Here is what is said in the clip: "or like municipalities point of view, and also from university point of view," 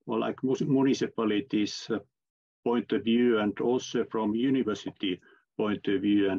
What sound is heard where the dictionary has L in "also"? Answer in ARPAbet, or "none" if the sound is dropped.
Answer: none